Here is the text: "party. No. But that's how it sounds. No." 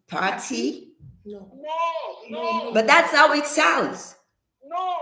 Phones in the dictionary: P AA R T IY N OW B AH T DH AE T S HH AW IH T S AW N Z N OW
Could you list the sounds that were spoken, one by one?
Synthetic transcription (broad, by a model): P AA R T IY B AH T DH AE T S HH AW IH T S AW L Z